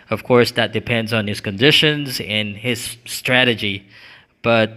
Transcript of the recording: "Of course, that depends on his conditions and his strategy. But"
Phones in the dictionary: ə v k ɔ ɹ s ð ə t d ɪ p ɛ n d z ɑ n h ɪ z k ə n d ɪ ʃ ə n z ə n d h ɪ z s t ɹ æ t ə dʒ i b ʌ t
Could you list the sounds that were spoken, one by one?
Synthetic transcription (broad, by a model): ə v k ɔ ɹ s ð ə t d ɪ p ɛ n d z n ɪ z k ə n d ɪ ʃ ə n z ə n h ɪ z s t ɹ æ t ə dʒ i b ʌ t